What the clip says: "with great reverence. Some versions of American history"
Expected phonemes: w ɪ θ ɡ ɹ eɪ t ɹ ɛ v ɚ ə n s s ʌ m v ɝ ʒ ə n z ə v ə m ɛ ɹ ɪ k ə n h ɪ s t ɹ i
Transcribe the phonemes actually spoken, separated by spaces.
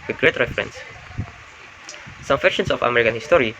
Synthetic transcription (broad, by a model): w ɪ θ ɡ ɹ eɪ t ɹ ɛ f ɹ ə n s s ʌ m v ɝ ʃ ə n s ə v ə m ɛ ɹ ɪ k ə n h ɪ s t ɹ i